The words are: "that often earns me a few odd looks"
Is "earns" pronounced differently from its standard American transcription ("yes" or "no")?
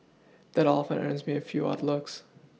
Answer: no